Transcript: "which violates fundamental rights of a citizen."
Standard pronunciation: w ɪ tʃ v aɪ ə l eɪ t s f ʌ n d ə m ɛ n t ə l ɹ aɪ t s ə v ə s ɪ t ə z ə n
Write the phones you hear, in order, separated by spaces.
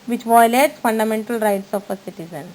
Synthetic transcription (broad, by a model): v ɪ tʃ v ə l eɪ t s f ʌ n d ə m ɛ n t ə l ɹ aɪ t s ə f ə s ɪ t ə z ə n